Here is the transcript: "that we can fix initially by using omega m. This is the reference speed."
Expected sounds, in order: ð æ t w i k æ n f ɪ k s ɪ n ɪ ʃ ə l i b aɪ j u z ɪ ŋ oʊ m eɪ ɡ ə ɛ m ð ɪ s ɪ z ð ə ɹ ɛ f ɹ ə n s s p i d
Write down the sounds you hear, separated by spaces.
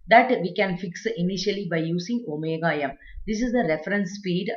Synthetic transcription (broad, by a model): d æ t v i k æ n f ɪ k s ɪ n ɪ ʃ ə l i b aɪ j u s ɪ ŋ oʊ m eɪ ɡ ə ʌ m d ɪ s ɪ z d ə ɹ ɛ f ɹ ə n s s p i d